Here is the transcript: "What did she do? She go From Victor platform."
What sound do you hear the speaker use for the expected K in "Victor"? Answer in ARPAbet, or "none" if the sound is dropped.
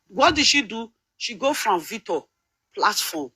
none